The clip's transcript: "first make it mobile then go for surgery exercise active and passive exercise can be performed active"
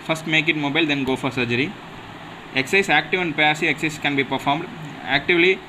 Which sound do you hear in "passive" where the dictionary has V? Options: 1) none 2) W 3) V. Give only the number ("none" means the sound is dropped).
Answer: 1